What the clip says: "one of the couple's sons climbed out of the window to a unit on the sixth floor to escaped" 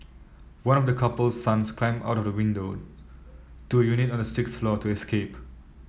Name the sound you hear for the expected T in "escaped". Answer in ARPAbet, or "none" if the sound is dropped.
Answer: none